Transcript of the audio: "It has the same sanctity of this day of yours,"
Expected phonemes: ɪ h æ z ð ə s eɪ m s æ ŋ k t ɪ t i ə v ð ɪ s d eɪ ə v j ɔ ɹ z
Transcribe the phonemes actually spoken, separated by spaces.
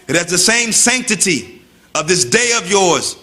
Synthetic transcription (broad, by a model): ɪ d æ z ð ə s eɪ m s æ ŋ k t ɪ t i ə v ð ɪ s d eɪ ə v j ɔ ɹ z